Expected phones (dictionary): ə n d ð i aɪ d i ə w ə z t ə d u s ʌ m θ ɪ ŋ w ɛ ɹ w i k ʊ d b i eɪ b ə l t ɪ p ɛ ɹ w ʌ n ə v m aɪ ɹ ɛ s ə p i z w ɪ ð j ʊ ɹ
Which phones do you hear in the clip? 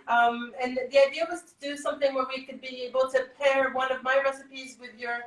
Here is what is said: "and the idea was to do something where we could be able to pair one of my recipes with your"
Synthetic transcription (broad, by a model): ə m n ð i aɪ d i ə w ə z t ə d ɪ s ʌ m θ ɪ ŋ w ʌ ɹ w i k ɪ d b i eɪ b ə l t ɪ p ɛ ɹ w ʌ n ə v m aɪ ɹ ɛ s ə p i z w ɪ ð j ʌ ɹ